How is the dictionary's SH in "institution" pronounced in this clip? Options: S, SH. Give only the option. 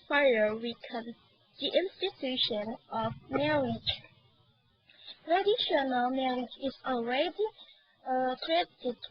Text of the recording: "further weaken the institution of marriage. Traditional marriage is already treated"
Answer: SH